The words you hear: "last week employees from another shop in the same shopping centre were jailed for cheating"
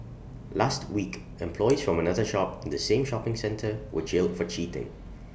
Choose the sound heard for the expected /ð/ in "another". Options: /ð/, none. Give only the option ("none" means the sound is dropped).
/ð/